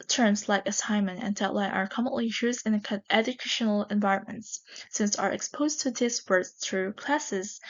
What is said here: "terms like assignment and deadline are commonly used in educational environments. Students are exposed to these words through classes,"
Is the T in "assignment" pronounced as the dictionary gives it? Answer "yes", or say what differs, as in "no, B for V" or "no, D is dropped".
no, T is dropped